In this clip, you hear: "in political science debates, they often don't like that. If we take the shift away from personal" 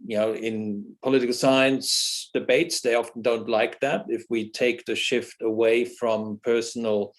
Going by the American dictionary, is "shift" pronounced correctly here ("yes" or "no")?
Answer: yes